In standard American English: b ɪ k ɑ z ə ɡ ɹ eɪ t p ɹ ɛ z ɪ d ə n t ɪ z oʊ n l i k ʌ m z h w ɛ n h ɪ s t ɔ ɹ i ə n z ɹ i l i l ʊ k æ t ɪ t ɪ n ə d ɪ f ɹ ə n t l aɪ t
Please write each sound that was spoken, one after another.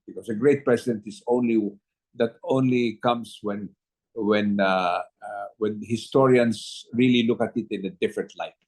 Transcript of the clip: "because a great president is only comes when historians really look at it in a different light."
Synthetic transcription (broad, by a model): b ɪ k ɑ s ə ɡ ɹ eɪ t p ɹ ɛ s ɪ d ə n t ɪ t oʊ n l i k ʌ m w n w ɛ n h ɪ s t ɔ ɹ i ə n s ɹ i l i l ʊ k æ t ɪ t ɪ n ə d ɪ f ɹ ə n t l aɪ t